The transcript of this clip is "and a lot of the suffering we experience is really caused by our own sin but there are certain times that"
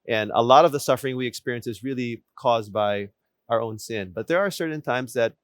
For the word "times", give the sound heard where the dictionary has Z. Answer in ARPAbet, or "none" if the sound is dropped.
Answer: Z